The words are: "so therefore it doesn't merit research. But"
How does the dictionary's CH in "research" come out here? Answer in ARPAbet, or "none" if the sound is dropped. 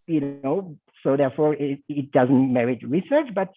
CH